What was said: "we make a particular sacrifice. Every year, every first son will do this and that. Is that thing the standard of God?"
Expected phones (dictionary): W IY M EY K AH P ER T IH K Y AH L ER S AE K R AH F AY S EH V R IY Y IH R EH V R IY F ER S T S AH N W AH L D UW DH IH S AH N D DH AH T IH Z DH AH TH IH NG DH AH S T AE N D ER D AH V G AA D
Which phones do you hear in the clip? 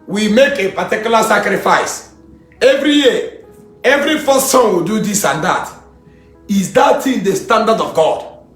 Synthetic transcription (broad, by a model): W IY M EY K AH P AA T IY K Y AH L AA S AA K R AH F AY S EH V R IY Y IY EH V R IY F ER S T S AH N W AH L D UW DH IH S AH N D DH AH T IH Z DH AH T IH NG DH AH S T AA N D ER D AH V G AA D